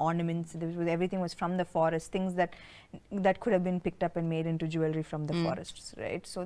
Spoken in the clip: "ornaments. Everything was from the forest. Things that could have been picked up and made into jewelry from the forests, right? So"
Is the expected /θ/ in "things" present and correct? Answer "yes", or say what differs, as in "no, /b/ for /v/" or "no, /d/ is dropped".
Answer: no, /t/ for /θ/